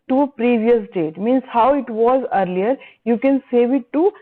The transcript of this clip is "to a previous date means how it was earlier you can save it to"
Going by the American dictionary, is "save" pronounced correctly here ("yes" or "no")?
yes